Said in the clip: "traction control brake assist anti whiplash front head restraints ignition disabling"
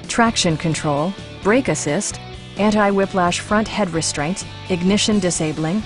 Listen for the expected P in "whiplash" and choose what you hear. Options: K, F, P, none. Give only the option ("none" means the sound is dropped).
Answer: P